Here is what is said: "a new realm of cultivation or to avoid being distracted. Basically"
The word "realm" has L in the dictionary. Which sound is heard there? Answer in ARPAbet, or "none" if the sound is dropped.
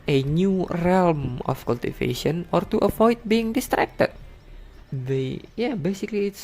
L